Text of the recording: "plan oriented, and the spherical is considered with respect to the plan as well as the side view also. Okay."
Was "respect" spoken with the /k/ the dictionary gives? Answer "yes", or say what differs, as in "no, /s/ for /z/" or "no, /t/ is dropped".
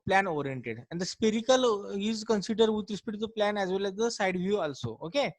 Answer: no, /k/ is dropped